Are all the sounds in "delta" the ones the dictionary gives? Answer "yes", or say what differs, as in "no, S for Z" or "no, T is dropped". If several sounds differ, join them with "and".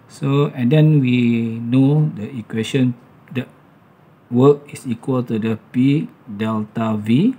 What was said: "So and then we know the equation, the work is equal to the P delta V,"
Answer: yes